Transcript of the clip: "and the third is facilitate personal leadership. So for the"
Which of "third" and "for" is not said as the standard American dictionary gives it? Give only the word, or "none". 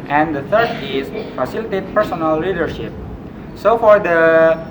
third